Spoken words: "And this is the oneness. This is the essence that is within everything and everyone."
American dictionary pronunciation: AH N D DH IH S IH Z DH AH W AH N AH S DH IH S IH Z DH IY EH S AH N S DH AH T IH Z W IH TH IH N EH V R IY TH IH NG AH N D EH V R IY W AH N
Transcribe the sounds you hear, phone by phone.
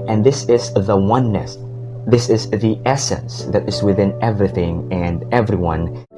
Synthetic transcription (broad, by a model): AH N DH IH S IH Z DH AH W AH N AH S DH IH S IH Z DH IY EH S AH N S DH AH T IH Z W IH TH IH N EH V R IY TH IH NG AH N EH V R IY W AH N